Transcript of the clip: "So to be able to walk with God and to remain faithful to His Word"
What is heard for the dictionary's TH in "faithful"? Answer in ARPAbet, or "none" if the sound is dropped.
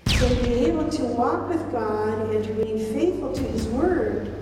TH